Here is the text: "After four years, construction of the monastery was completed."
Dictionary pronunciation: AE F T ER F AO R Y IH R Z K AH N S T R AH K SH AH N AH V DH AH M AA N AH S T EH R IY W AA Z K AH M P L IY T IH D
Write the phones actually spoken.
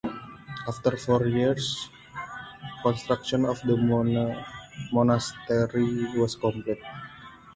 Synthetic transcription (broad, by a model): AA F T ER F AO R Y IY R S K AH N S T R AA K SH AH N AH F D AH M AA N AH S T EH R IY W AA S K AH M P L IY T